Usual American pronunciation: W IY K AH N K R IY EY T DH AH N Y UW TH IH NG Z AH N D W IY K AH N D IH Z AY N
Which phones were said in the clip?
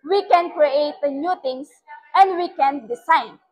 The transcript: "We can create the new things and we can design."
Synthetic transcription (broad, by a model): W IY K AH N K R IY EY T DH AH N Y UW T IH NG S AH N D W IY K AH N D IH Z AY N